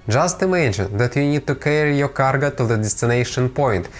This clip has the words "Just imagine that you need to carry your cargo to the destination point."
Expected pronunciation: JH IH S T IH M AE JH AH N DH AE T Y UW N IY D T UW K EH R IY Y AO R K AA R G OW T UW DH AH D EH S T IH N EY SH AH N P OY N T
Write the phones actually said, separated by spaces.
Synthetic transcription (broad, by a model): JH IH S T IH M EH SH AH N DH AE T Y UW N IY D T UW K EH R IY Y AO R K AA R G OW T UW DH AH D EH S T IH N EY SH AH N P OY N T